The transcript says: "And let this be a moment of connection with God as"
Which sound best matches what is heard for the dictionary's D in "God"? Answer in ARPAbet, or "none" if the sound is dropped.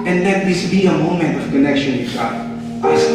none